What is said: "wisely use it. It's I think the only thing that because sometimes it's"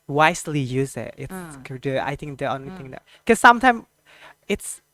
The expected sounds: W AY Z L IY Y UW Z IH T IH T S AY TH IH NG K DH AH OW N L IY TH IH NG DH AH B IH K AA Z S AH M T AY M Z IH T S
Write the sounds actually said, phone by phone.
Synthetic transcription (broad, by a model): W AY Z L IY Y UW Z IH T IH T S AY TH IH NG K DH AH OW N L IY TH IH NG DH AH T K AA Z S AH M T AY M IH T S